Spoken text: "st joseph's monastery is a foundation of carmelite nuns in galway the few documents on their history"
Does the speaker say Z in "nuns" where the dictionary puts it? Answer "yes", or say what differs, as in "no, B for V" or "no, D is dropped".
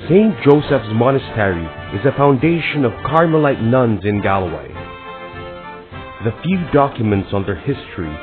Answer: yes